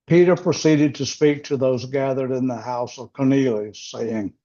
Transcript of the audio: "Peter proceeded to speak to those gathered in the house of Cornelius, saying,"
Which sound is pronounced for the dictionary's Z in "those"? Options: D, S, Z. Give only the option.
Z